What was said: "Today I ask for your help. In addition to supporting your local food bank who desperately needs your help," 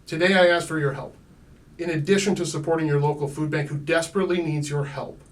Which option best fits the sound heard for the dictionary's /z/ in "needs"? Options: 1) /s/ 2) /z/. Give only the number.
2